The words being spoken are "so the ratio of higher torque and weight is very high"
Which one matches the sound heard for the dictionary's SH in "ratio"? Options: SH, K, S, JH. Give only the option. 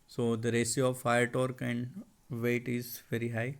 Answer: S